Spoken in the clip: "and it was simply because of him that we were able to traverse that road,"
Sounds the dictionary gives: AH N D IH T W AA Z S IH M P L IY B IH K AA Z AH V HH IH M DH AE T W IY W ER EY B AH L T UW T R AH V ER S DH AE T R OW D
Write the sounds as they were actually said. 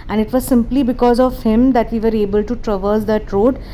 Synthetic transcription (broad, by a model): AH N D IH T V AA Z S IH M P L IY B IH K AA Z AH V HH IH M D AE T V IY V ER EY B AH L T UW T R AH V ER S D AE T R OW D